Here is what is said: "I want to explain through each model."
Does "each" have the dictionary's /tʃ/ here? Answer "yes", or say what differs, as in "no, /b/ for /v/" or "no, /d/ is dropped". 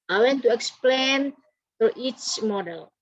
yes